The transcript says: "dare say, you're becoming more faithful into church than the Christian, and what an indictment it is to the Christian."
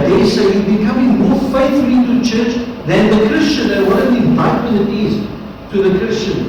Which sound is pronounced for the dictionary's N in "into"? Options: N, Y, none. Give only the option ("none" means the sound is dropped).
none